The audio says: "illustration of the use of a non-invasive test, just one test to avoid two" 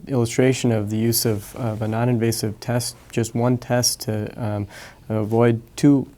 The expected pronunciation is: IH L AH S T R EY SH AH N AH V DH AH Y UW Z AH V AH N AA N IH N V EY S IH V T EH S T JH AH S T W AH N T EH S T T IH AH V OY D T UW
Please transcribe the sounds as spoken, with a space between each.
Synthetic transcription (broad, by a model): IH L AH S T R EY SH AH N AH V DH AH Y UW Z AH V AH N AA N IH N V EY S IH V T EH S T JH AH S T W AH N T EH S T T IH AH V OY D T UW